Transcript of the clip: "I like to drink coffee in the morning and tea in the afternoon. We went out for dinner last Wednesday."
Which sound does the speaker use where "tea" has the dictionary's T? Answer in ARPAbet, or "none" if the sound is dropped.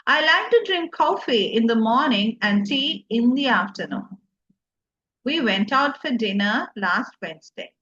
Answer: S